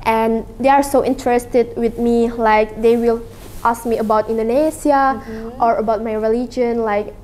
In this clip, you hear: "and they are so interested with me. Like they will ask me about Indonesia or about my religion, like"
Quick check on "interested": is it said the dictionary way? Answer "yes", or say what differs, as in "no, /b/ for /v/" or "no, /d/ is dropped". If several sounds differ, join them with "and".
yes